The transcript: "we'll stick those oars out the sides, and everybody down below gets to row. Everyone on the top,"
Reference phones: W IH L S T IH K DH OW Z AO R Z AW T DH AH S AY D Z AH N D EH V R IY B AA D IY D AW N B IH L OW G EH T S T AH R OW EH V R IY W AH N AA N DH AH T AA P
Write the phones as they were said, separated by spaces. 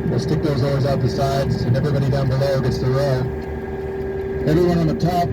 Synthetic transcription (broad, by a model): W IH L S T IH K DH OW Z AO R Z AW T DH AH S AY D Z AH N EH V R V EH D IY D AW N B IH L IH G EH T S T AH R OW EH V R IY W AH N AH N DH AH T AA P